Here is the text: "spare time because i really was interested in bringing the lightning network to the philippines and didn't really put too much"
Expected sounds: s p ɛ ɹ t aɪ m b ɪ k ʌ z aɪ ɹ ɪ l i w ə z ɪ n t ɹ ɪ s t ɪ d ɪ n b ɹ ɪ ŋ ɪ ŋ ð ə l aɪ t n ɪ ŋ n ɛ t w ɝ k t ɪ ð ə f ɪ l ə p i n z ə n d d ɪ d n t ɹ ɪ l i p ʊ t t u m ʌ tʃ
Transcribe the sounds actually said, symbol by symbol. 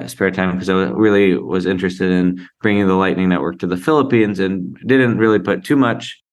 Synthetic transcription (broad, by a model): s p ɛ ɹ t aɪ m k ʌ z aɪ ɹ ɪ l i w ə z ɪ n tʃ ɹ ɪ s t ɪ d ɪ n b ɹ ɪ ŋ ɪ ŋ ð ə l aɪ t n ɪ ŋ n ɛ t w ɝ k t ɪ ð ə f ɪ l ə p i n z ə n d d ɪ d n t ɹ ɪ l i p ʊ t t u m ʌ tʃ